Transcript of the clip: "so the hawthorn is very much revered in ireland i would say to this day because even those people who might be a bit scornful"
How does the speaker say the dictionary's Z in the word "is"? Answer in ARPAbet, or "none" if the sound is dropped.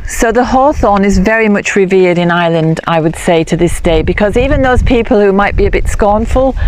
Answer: Z